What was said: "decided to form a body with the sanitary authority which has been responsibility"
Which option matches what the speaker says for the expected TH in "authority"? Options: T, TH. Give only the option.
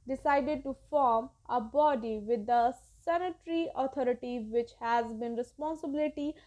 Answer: T